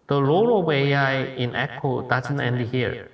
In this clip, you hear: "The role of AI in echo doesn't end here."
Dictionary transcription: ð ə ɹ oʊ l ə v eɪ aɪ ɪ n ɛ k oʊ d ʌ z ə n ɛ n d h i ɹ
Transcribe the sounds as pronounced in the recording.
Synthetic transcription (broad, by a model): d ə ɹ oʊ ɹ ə w eɪ aɪ ɪ n ɛ k oʊ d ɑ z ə n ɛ n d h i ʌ